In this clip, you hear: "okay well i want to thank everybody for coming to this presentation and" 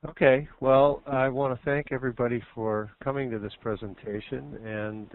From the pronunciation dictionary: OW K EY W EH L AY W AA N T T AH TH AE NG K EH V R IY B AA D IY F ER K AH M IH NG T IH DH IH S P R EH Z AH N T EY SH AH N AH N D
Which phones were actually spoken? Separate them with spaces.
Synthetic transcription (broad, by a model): OW K EY W EH L AY W AA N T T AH TH AE NG K EH V R IY B AA D IY F ER K AH M IH NG T IH DH IH S P R EH Z AH N T EY SH AH N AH N